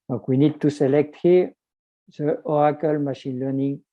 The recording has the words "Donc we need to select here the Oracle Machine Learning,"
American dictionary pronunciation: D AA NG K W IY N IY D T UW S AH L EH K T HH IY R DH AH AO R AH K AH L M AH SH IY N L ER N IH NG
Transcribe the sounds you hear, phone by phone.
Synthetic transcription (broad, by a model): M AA K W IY N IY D T UW S AH L EH K T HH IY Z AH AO AH K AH L M AH SH IY N L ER N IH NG